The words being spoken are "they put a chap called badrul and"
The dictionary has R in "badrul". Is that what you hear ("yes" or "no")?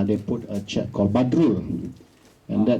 yes